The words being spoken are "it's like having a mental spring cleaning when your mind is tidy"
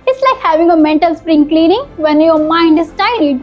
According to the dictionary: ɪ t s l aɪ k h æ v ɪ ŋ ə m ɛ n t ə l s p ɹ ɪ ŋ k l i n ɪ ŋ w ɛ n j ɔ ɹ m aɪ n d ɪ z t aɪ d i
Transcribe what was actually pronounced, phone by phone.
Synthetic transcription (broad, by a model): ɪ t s l aɪ k h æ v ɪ ŋ ə m ɛ n t ə l s p ɹ ɪ ŋ k l i n ɪ ŋ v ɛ n j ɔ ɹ m aɪ n d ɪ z t aɪ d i